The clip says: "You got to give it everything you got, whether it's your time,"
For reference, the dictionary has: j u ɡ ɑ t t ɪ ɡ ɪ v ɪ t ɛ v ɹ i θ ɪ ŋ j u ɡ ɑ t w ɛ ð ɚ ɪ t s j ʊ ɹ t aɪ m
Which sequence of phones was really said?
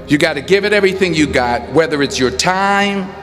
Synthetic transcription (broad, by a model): j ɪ ɡ ɑ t t ɪ ɡ ɪ v ɪ t ɛ v ɹ i θ ɪ ŋ j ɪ ɡ ɑ t w ɛ ð ɚ ɪ t s j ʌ ɹ t aɪ m